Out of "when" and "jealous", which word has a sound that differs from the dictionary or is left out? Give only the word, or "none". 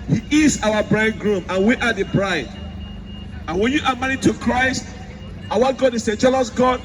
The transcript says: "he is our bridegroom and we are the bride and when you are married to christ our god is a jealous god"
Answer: none